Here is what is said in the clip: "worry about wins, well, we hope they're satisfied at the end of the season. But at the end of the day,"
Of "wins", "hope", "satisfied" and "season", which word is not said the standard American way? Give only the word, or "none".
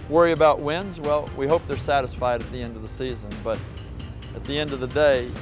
none